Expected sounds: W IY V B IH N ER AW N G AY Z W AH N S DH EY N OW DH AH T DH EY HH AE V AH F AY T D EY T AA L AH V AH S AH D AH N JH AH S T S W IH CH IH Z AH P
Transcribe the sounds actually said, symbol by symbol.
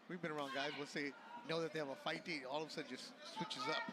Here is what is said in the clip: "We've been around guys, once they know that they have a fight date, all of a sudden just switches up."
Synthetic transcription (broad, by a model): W IY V B IH N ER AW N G AY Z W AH L S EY N OW DH AH T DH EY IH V AH F AY T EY AA L AH V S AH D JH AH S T S W IH CH IH Z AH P